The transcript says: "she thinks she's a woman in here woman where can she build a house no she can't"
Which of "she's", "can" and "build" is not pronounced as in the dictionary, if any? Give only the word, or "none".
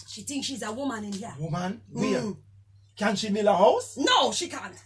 build